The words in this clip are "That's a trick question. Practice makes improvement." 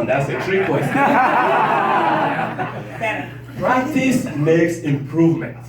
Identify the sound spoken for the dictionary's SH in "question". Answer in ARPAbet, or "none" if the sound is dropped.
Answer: none